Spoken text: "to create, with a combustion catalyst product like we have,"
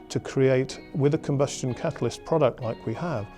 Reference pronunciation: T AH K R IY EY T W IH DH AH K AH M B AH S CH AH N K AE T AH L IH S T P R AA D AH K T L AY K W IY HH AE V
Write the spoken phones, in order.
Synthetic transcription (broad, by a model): T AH K R IY EY T W IH DH AH K AH M B AH S CH AH N K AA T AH L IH S P R AA D AH K T L AY K W IY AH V